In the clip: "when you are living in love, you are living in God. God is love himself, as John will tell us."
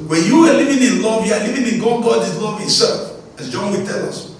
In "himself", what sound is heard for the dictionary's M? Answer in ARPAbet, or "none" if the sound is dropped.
none